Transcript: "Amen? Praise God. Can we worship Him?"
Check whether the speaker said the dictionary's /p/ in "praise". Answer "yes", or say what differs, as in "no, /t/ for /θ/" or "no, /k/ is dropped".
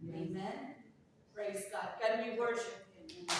yes